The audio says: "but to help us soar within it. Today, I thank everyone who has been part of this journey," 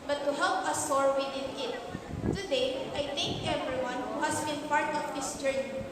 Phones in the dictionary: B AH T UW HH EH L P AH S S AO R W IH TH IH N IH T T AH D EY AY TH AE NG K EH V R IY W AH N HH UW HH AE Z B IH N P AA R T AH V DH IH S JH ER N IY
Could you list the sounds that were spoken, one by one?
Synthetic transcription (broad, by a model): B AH T UW HH EH L P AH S S AO R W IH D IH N IH T T AH D EY AY T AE NG K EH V R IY W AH N HH UW HH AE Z B IH N P AA R T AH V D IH S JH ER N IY